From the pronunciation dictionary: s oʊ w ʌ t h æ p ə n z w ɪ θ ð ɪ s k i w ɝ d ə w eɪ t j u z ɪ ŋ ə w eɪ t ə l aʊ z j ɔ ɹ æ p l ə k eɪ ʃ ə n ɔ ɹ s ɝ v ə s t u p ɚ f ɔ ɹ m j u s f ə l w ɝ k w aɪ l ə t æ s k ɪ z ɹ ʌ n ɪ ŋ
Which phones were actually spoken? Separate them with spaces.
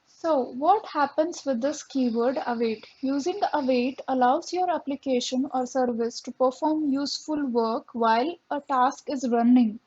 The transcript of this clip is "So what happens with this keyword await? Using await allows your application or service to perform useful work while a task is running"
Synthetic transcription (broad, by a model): s oʊ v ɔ t h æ p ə n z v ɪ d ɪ s k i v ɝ d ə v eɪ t j u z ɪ ŋ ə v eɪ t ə l aʊ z j ɔ ɹ æ p l ə k eɪ ʃ ə n ɔ ɹ s ɝ v ə s t u p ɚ f ɔ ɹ m j u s f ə l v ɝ k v aɪ l ə t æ s k ɪ z ɹ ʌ n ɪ ŋ